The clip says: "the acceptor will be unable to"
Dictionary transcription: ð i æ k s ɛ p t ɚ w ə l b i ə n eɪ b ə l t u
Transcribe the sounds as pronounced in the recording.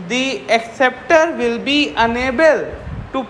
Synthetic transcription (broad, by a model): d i æ k s ɛ p t ɚ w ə l b i ə n eɪ b ə l t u